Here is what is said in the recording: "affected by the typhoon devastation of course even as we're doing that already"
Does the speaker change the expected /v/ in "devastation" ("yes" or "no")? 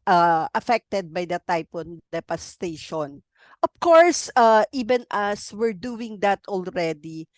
yes